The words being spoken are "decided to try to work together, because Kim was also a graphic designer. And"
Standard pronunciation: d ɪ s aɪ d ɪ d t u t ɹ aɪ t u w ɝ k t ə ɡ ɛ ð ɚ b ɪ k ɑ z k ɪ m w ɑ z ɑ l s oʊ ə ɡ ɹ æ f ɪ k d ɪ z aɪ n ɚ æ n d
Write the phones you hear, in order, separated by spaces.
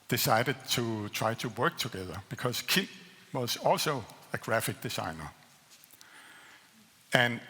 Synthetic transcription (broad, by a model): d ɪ s aɪ d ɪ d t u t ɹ aɪ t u w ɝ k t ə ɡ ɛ ð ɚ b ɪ k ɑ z k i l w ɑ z ɑ l s oʊ ə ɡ ɹ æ f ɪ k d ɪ s aɪ n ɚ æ n